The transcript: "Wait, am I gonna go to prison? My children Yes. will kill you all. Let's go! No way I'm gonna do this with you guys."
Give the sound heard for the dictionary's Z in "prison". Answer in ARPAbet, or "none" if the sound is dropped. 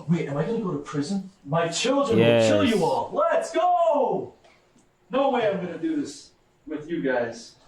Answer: Z